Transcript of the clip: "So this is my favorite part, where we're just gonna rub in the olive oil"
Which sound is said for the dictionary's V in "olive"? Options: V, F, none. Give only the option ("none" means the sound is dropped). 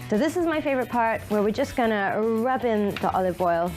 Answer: V